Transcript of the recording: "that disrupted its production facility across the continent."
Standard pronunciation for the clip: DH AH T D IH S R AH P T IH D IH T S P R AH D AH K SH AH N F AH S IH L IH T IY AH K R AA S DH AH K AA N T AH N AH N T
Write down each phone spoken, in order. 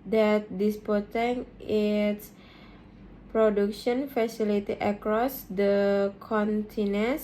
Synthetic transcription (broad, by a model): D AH T D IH S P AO T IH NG IH T S P R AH D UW K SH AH N F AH S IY L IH T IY AH K R AA S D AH K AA N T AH N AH N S